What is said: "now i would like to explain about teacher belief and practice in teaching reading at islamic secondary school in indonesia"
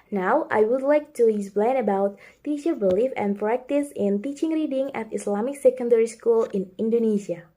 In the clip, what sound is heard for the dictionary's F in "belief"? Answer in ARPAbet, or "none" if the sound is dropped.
F